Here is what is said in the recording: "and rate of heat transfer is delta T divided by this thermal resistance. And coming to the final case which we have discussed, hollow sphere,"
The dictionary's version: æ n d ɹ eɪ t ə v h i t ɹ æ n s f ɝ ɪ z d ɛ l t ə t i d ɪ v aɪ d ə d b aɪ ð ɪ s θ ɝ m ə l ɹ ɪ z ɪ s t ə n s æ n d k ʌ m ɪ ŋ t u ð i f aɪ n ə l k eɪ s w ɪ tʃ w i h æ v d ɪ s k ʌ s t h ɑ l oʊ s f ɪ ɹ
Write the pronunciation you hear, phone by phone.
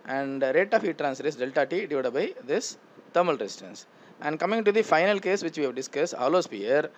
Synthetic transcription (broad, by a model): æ n d ɹ eɪ t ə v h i t ɹ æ n s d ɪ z d ɛ l t ə t i d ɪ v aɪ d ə b aɪ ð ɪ s t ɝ m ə l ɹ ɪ s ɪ t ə n s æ n d k ʌ m ɪ ŋ t u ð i f aɪ n ə l k eɪ s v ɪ tʃ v i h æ v d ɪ s k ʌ s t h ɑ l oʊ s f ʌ ɹ